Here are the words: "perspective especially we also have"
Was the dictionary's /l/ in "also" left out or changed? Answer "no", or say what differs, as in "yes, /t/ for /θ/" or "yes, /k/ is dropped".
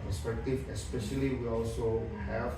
no